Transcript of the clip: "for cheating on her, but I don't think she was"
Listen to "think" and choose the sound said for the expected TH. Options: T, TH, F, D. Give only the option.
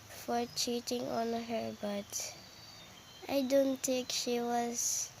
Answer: T